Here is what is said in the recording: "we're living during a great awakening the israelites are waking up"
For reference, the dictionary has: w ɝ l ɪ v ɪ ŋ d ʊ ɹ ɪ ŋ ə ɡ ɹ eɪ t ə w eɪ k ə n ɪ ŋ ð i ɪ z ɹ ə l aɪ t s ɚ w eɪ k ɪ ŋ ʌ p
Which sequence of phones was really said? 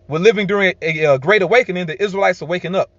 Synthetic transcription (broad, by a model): w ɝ l ɪ v ɪ ŋ d ʊ ɹ ɪ ŋ ə ɡ ɹ eɪ t ə w eɪ k ə n ɪ ŋ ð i ɪ z ɹ ə l aɪ t s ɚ w eɪ k ɪ ŋ ʌ p